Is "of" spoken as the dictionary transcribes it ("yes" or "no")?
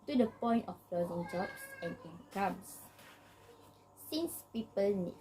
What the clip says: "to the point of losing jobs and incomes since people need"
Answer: no